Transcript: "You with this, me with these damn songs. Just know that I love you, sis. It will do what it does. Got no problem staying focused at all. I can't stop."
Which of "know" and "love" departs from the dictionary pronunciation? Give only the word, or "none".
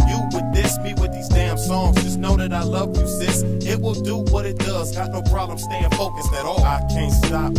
none